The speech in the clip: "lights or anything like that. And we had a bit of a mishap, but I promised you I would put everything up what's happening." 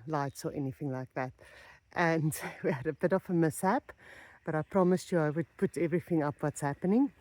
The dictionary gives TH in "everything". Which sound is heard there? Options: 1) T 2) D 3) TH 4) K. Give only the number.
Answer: 3